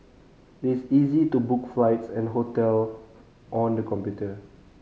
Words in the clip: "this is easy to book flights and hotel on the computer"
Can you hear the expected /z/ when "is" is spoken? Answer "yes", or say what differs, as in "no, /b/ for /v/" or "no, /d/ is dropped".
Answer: no, /s/ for /z/